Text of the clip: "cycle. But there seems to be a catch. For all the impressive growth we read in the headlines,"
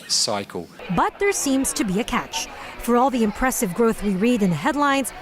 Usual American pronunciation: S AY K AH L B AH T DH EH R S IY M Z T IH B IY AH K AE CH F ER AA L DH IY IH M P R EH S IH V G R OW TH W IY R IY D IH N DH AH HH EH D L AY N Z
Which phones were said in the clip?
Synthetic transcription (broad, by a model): S AY K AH L B AH T DH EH R S IY M Z T IH B IY AH K AE CH F ER AA L DH IY IH M P R EH S IH V G R OW TH W IY R IY D IH N DH AH HH EH D L AY N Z